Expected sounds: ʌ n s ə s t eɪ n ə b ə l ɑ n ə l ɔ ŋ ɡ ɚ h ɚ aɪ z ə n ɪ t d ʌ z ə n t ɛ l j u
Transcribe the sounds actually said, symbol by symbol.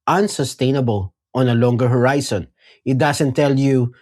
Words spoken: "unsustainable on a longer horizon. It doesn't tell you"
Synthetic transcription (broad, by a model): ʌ n s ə s t eɪ n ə b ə l ɑ n ə l ɔ ŋ ɡ ɚ h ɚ aɪ s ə n ɪ t d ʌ s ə n t ɛ l j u